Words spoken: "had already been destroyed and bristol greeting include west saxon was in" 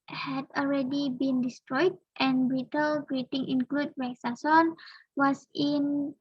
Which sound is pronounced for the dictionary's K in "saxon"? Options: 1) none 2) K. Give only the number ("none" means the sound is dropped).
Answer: 1